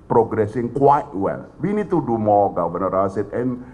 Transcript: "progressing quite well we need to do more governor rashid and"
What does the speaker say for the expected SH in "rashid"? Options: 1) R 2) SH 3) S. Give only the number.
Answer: 3